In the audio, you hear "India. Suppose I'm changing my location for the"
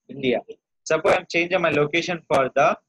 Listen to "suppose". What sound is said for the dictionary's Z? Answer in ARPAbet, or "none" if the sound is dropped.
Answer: none